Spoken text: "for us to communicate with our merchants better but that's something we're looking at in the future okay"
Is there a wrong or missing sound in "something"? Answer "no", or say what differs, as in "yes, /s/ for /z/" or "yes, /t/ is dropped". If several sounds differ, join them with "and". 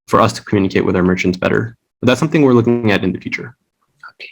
no